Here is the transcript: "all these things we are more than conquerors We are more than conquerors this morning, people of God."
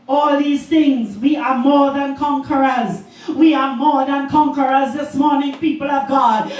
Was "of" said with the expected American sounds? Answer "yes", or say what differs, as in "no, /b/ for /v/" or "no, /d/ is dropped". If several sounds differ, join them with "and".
yes